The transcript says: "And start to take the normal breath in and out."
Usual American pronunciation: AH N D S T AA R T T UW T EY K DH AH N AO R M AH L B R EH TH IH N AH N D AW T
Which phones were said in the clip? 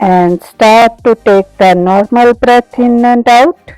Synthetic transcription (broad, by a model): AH N D S T AA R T T UW T EY K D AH N AO R M AH L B R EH T IH N AH N D AW T